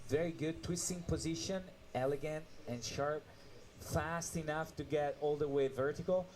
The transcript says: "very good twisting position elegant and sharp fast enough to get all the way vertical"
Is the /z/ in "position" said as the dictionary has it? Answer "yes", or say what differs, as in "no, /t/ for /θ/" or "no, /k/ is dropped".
yes